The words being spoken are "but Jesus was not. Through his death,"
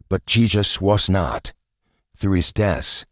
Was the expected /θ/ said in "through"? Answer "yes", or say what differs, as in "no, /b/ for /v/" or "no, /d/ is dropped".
yes